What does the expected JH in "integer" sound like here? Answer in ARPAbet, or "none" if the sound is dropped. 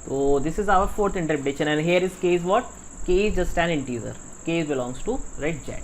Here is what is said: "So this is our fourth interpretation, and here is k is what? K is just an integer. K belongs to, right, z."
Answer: Z